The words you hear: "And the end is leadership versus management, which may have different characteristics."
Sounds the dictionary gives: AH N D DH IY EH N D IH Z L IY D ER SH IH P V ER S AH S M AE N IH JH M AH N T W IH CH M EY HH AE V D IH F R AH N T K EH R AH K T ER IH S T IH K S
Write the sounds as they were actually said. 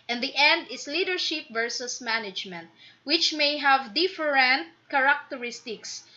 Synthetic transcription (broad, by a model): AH N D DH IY EH N D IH S L IY D ER SH IH P V ER S AH S M AE N IH JH M AH N T W IH CH M EY HH AE V D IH F R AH N T K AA R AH K T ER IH S T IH K S